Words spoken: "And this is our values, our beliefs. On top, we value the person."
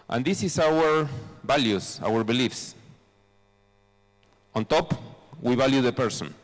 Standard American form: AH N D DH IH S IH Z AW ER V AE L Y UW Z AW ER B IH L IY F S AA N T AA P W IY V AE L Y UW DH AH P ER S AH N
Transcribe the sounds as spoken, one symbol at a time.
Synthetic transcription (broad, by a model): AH N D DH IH S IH S AW ER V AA L Y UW S AW ER B IH L IY F S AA N T AA P W IY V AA L Y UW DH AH P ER S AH N